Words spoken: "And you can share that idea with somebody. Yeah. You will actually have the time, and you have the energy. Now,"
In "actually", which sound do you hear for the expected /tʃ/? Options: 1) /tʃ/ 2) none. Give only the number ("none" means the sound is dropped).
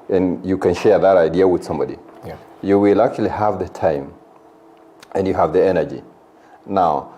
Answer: 2